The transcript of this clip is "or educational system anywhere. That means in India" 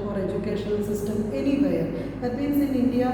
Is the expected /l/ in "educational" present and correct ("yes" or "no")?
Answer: no